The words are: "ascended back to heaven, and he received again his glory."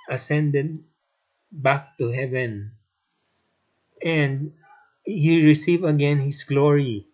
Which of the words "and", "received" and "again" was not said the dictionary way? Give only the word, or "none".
received